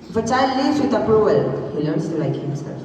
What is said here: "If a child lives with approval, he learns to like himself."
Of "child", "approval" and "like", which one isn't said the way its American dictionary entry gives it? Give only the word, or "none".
approval